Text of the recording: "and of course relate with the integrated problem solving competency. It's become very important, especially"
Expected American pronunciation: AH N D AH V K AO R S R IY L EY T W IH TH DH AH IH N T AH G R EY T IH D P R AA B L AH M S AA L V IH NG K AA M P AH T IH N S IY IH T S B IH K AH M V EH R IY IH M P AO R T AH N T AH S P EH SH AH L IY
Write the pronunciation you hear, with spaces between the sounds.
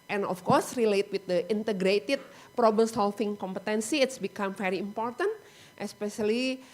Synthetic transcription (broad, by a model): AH N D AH F K AO R S R IY L EY T W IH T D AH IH N T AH G R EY T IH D P R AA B L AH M S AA L F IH NG K AA M P AH T IH N S IY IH T S B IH K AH M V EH R IY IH M P AO R T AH N T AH S P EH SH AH L IY